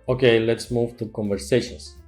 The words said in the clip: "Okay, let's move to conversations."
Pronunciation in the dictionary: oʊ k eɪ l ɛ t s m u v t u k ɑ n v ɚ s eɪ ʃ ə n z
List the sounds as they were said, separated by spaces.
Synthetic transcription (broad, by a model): oʊ k eɪ l ɛ t s m u v t u k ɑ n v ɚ s eɪ ʃ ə n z